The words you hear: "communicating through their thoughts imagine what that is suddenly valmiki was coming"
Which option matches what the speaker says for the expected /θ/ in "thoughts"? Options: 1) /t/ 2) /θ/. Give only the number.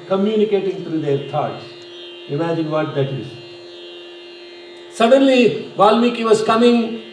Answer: 1